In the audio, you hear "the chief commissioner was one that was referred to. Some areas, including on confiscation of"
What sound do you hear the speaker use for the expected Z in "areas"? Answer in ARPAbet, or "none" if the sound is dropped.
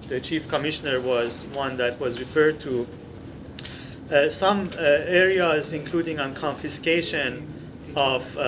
Z